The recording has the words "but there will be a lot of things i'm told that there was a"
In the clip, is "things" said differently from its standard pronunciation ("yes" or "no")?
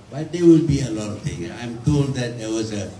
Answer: yes